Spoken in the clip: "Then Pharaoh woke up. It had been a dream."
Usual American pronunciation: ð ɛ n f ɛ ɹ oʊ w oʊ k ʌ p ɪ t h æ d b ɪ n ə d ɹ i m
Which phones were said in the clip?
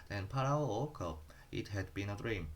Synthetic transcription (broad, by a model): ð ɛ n p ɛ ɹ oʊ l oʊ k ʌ ɪ t h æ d b ɪ n ə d ɹ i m